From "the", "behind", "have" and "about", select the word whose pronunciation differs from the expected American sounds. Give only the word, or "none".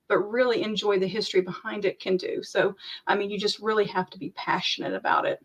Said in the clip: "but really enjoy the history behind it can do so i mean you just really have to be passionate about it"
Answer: have